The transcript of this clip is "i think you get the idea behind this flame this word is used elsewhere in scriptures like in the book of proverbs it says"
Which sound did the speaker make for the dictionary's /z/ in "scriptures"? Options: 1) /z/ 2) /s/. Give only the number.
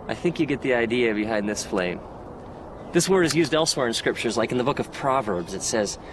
1